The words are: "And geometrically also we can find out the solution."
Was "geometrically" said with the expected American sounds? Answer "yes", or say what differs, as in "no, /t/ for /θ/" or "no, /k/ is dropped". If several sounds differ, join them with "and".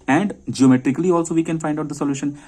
yes